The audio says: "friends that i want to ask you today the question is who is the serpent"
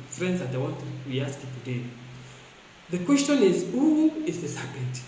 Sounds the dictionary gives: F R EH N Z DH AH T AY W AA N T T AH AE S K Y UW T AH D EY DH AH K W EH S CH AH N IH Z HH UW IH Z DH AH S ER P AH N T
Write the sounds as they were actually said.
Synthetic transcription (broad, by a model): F R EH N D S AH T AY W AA T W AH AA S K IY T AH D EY DH AH K W EH S CH AH N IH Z HH UW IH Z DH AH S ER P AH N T